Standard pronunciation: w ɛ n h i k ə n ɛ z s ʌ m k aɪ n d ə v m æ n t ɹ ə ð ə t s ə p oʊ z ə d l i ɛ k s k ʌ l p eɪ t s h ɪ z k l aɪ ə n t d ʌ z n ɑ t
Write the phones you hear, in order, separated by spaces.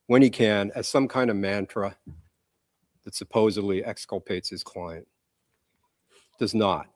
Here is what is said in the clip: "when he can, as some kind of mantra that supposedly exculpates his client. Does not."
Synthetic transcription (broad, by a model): w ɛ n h i k ə n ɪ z s ʌ m k aɪ n d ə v m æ n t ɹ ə ð ə t s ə p oʊ z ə d l i ɛ k s k ʌ l p eɪ t s h ɪ z k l aɪ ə n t d ʌ z n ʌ t